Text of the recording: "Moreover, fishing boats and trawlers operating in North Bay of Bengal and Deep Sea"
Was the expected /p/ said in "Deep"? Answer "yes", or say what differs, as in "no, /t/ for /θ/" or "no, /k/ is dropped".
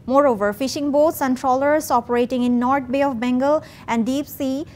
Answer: yes